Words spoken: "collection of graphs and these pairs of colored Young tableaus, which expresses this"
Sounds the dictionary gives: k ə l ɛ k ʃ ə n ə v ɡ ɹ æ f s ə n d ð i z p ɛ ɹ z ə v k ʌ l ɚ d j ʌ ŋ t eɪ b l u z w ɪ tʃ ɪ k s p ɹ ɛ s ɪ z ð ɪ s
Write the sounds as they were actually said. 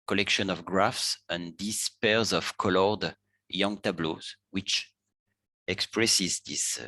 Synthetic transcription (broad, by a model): k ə l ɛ k ʃ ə n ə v ɡ ɹ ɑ f s ə n d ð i s p ɛ ɹ z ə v k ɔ l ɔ d j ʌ ŋ t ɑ b l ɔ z w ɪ tʃ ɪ k s p ɹ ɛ s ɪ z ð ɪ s